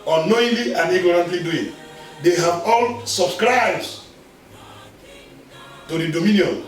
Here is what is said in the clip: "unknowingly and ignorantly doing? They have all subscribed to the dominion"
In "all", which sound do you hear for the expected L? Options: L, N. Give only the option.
L